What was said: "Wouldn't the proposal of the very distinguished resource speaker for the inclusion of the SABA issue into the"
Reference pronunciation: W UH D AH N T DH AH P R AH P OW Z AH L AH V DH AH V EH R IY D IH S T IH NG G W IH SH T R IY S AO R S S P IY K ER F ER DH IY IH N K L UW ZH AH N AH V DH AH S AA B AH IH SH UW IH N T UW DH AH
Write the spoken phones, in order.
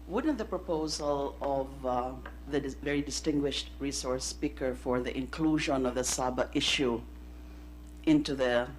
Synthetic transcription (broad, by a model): W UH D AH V DH AH P R AH P OW Z AH L AH V DH AH V EH R IY D IH S T IH NG G W IH SH T R IY S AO R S S P IY K ER F ER DH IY IH N K L UW ZH AH N AH V DH AH S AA B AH IH SH UW IH N T UW DH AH